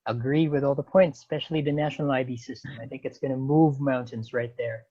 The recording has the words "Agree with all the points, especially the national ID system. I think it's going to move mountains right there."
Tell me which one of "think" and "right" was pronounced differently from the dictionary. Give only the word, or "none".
none